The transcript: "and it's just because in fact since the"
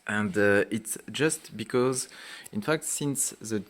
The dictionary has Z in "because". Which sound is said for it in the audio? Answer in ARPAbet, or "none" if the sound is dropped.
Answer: Z